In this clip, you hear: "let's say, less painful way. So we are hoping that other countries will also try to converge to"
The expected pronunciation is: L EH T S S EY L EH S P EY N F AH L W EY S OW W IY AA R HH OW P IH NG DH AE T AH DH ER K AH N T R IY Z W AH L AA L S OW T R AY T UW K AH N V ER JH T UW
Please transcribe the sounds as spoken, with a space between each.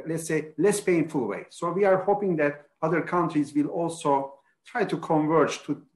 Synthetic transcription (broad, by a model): L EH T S S EY L EH S P EY N F AH L W EY S OW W IY AA R HH OW P IH NG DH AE T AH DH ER K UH N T R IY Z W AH L AA L S OW T R AY T UW K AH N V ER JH T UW